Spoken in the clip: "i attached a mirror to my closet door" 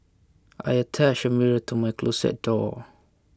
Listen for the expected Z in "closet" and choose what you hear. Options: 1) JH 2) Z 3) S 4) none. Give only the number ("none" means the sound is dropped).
3